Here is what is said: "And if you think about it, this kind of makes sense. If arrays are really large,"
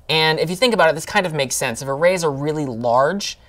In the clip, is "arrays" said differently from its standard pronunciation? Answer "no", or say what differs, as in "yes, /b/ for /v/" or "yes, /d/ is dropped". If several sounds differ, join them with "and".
no